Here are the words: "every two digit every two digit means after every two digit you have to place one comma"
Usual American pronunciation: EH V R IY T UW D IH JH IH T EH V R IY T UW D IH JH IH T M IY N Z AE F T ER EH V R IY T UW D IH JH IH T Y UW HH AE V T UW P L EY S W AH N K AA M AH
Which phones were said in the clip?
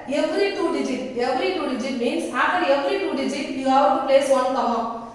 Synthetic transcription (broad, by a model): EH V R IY T UW D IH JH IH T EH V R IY T UW D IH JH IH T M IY N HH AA T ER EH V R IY T UW D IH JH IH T Y UW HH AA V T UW P L EY S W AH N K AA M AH